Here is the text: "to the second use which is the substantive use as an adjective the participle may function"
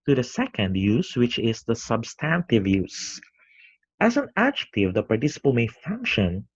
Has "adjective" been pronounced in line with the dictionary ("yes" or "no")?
yes